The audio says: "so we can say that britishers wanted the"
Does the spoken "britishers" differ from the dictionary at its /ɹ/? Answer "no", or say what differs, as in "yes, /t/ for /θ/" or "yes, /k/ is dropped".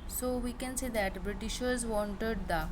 no